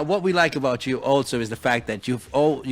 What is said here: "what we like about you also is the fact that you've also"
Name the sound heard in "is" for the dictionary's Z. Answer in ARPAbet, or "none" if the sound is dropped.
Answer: Z